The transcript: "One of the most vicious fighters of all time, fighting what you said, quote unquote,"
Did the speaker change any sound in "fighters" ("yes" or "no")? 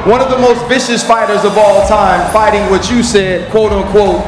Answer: no